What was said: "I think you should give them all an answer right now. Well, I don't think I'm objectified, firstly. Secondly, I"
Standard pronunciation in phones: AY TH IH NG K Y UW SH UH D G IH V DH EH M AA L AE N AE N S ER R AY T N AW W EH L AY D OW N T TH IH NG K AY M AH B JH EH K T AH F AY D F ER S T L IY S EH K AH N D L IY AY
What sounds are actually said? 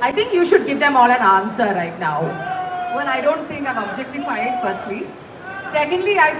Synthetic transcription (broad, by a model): AY T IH NG K Y UW SH UH D G IH V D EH M AA L AE N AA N S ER R AY T N AW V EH N AY D OW N T T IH NG K AY M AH B JH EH K T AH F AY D F ER S T L IY S EH K AH N D L IY AY